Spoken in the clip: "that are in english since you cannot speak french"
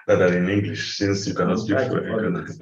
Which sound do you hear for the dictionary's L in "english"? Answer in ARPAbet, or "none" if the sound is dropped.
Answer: L